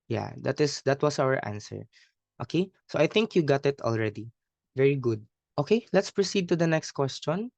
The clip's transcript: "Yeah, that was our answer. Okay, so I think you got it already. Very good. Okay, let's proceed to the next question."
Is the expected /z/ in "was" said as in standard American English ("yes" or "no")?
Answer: no